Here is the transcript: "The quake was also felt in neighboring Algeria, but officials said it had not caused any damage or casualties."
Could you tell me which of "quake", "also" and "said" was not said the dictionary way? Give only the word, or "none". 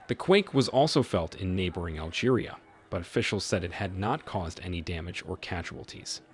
none